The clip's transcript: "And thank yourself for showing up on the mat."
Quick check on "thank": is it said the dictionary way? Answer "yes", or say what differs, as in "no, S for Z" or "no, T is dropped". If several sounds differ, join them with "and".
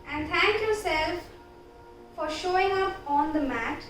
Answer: no, T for TH